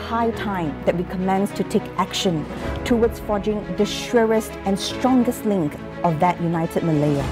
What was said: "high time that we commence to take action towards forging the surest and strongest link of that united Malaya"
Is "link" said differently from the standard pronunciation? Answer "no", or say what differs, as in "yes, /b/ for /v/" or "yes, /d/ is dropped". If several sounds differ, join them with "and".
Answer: no